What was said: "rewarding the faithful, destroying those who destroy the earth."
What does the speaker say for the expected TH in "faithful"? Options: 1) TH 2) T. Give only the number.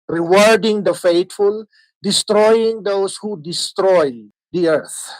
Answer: 2